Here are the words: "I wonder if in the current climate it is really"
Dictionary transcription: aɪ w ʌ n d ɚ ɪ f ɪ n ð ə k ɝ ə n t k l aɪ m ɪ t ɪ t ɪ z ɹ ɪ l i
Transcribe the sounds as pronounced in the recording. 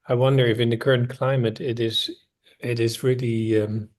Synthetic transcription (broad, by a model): aɪ w ʌ n d ɚ ɪ f ɪ n ð ə k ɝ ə n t k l aɪ m ɪ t ɪ t ɪ z ɹ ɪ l i